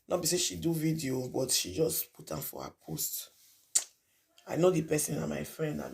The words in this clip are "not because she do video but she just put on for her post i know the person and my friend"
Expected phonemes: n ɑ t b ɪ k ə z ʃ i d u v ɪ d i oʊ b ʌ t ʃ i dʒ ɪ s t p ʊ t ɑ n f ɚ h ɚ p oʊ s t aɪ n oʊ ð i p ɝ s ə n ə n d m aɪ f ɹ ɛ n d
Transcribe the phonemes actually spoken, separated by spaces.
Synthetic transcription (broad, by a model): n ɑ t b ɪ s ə ʃ i d u v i d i oʊ b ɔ t ʃ i dʒ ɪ s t p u t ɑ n f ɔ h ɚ p oʊ s t aɪ n oʊ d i p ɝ s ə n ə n m aɪ f ɹ ɛ n d